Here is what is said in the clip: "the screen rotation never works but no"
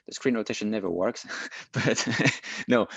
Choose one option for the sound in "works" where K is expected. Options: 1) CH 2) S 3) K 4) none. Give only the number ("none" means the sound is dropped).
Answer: 3